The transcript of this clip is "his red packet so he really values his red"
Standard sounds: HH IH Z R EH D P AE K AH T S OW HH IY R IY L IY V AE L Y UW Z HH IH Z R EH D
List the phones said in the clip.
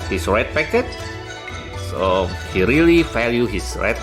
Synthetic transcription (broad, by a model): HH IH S R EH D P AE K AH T S OW HH IY R IY L IY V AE L Y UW HH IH S R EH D